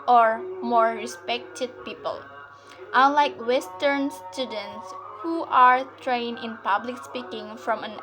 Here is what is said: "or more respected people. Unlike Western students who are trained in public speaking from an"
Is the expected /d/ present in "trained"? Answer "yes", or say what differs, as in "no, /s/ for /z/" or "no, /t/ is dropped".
no, /d/ is dropped